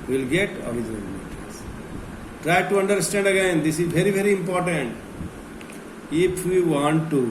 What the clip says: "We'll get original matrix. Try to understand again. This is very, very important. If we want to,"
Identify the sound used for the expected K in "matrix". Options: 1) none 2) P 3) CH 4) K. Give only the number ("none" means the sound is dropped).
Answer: 1